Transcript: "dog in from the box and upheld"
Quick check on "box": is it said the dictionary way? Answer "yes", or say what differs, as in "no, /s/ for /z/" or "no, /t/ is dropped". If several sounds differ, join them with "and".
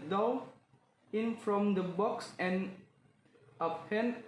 yes